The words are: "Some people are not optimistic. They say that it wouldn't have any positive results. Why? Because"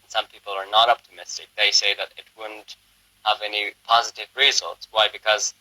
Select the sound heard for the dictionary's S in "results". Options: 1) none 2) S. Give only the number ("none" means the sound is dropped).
2